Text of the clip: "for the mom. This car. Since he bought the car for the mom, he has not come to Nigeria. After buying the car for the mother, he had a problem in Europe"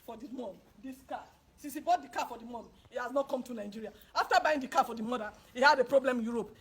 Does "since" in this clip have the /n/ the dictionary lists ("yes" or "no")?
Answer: no